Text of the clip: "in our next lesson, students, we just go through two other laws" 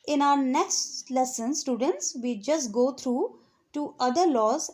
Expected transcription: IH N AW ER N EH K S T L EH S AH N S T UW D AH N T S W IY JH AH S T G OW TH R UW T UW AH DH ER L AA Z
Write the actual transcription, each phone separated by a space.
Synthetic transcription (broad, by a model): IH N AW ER N EH K S T L EH S AH N S T UW D AH N T S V IY JH AH S T G OW T R UW T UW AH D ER L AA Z